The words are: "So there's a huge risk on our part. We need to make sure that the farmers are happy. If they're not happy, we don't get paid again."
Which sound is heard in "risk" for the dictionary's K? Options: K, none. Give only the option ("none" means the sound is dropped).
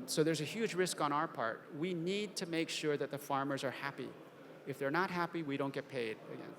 K